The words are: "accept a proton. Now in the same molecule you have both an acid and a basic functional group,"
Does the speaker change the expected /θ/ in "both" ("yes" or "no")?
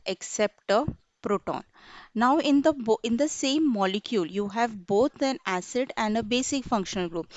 yes